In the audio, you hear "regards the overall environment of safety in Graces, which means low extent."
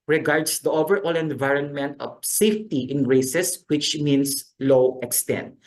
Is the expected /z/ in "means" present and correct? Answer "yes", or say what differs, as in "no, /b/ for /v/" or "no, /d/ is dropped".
no, /s/ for /z/